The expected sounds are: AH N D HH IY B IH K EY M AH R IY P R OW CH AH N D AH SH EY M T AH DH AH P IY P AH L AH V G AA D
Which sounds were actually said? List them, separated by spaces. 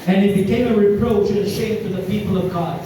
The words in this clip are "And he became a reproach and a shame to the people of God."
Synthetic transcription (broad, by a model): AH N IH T B IH K EY M AH R IY P R OW CH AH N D AH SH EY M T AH DH AH P IY P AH L AH V G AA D